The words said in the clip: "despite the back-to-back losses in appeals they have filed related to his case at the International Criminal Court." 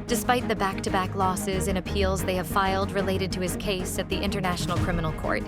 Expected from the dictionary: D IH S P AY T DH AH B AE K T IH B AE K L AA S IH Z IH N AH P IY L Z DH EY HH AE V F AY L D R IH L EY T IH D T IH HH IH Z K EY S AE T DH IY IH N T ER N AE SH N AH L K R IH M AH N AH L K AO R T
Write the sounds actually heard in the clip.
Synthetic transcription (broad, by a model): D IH S P AY T DH AH B AE K T IH B AE K L AA S IH Z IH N AH P IY L Z DH EY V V F AY L D R IH L EY T IH D T IH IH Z K EY S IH T DH IY IH N T ER N AE SH N L K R IH M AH N L K AO R T